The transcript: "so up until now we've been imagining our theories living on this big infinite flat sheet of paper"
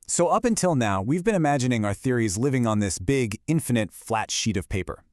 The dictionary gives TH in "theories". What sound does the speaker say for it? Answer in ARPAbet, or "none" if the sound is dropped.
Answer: TH